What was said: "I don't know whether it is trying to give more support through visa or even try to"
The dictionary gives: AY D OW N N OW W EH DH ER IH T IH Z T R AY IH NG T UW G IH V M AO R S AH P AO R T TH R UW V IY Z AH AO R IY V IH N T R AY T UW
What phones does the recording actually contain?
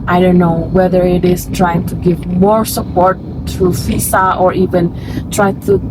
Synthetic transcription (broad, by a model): AY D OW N N OW W EH DH ER IH T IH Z T R AY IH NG T UW G IH V M AO R S AH P AO R T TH R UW F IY S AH AO R IY V IH N T R AY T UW